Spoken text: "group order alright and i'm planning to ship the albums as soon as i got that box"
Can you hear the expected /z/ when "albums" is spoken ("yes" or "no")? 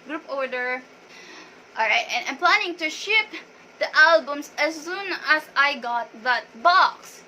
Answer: no